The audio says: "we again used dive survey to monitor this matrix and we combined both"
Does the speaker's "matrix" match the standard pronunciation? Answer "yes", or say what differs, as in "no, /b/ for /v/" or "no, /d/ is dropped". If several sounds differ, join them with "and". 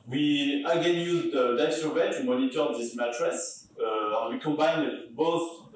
no, /k/ is dropped